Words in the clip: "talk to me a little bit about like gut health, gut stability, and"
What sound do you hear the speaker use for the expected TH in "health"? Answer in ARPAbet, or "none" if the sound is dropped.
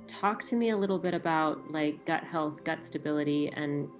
TH